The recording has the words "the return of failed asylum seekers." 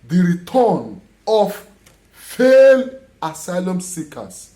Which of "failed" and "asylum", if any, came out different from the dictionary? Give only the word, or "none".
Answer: failed